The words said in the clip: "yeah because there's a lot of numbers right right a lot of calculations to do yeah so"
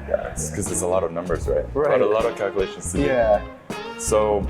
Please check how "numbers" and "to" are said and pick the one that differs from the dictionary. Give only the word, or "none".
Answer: to